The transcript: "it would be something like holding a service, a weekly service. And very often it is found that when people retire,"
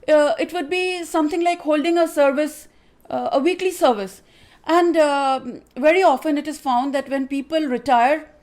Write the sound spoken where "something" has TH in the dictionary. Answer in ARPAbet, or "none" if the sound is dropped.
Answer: T